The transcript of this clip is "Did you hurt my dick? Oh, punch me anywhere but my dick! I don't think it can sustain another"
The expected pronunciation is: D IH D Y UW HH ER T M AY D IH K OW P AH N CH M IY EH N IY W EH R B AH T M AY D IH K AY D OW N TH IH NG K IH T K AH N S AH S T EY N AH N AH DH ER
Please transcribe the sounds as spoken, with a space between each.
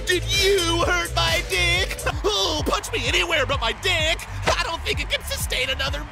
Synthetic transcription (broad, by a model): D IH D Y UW HH ER T M AY D IH K OW P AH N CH M IY EH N IY W EH R B AH T M AY D IH K AY D OW N TH IH NG K IH T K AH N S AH S T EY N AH N AH DH ER